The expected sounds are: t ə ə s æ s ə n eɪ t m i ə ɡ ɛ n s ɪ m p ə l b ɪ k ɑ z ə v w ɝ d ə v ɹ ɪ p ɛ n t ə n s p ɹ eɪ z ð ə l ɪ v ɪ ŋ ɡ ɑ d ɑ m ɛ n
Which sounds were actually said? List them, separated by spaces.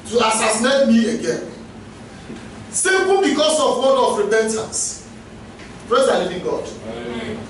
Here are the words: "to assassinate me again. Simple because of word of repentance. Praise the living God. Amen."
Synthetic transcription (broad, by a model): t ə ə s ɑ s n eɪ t m i ə ɡ ɛ n s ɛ p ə n b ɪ k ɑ s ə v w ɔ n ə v ɹ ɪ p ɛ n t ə n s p ɹ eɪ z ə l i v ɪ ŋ ɡ ɑ d